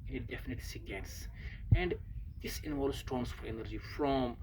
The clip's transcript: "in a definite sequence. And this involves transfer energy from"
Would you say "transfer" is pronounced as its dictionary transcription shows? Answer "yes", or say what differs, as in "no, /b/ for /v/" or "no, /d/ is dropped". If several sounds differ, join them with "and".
no, /ɹ/ is dropped